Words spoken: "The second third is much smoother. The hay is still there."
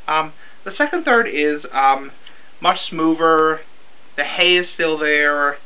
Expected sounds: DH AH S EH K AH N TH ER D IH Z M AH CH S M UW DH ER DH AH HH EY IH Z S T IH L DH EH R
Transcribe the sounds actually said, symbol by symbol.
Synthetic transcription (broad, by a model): DH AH S EH K AH N TH ER D IH Z M AH CH S M UW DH ER DH AH HH EY IH Z S T IH L DH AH R